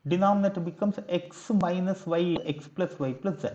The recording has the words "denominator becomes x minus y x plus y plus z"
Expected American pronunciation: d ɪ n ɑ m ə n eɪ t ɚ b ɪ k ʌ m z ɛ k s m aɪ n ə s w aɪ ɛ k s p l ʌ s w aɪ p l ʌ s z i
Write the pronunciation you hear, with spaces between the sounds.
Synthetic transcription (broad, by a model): d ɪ n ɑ m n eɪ t b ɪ k ʌ m s ɛ k s m aɪ n ə s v aɪ ɛ k s p l ʌ s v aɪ p l ʌ s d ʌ